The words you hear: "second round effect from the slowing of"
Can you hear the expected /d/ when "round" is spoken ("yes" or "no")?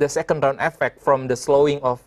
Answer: no